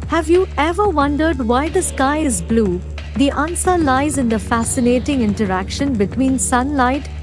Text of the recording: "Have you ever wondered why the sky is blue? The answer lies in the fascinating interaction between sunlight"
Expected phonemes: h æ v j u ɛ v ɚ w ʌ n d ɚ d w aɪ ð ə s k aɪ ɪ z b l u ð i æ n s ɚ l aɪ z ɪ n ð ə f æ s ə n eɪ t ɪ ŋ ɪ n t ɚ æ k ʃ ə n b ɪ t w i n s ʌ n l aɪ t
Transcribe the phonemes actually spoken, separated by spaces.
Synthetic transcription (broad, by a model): h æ v j u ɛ v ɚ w ʌ n d ɚ d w aɪ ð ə s k aɪ ɪ z b l u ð i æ n s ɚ l aɪ z ɪ n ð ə f æ s ə n eɪ t ɪ ŋ ɪ n t ɚ æ k ʃ ə n b ɪ t w i n s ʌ n l aɪ t